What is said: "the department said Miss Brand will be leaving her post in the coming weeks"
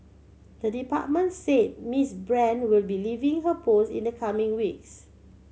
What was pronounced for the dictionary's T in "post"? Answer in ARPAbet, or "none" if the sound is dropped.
none